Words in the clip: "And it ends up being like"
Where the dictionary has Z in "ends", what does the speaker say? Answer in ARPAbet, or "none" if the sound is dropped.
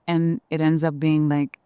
Z